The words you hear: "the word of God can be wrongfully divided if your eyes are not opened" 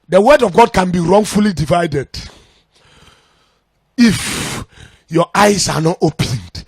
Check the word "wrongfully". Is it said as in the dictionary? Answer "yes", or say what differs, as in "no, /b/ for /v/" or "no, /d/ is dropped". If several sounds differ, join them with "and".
yes